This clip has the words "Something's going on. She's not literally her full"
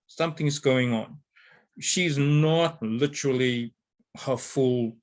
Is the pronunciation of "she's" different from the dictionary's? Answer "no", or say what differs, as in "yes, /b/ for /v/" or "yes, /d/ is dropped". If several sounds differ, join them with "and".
no